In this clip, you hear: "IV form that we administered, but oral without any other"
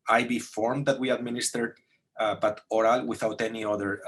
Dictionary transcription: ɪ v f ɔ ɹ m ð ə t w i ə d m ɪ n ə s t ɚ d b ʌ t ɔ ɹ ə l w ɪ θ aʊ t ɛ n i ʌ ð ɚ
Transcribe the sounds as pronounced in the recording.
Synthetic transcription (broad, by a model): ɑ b f ɔ ɹ m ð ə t w i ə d m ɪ n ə s t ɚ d b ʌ t ɔ ɹ ə l w ɪ θ aʊ t ɛ n i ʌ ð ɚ